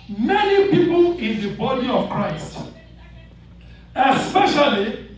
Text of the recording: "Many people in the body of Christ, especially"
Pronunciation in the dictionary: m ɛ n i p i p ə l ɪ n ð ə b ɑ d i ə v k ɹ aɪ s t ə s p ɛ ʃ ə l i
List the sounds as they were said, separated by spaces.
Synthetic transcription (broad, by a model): m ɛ n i p i p ə l ɪ n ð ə b ɑ d i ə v k ɹ aɪ s t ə s p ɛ ʃ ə l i